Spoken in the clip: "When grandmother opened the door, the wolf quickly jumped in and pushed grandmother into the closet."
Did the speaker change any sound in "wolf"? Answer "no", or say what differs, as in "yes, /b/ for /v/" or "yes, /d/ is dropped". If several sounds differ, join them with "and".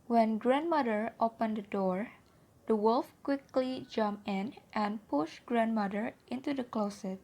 no